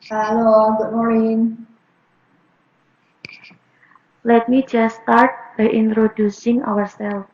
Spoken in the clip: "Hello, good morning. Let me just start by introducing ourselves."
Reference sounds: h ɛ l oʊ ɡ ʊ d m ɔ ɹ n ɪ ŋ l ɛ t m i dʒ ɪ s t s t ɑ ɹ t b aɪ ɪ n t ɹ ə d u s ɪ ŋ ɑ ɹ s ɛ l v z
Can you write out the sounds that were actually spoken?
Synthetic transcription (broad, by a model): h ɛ l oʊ ɡ ʊ d m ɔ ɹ n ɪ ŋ l ɛ t m i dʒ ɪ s s t ɑ ɹ t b aɪ ɪ n t ɹ ə d u s ɪ ŋ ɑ ɹ s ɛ l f